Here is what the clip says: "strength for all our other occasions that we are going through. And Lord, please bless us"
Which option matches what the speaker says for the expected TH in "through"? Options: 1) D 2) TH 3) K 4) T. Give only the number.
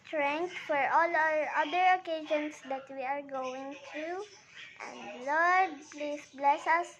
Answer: 4